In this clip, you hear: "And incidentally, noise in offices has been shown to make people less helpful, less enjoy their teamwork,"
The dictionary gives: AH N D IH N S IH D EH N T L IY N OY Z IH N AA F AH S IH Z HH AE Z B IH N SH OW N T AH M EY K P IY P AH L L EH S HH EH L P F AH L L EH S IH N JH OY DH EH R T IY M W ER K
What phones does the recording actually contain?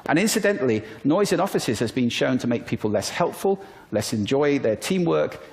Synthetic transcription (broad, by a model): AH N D IH N S IH D EH N T L IY N OY Z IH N AA F AH S IH Z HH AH Z B IH N SH OW N T AH M EY K P IY P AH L L EH S HH EH L P F AH L L EH S IH N JH OY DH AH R T IY M W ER K